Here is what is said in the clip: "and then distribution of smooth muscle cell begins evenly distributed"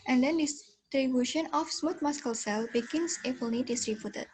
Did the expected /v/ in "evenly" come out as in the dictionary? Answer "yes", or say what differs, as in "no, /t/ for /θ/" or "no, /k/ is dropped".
no, /p/ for /v/